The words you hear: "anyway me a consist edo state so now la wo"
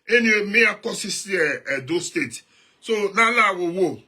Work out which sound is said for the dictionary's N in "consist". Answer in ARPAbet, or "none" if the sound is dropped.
none